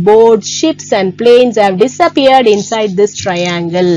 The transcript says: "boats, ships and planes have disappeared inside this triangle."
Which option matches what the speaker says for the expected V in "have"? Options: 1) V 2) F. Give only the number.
1